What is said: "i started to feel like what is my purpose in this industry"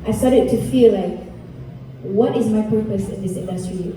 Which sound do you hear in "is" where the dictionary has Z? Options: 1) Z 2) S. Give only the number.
1